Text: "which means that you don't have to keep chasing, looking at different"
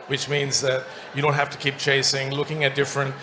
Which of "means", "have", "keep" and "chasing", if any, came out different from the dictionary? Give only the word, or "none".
have